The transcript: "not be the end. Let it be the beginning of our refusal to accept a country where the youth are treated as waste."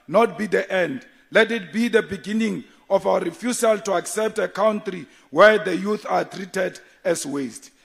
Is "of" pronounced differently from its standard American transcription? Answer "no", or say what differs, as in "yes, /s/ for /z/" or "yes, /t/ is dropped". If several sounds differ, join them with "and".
yes, /f/ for /v/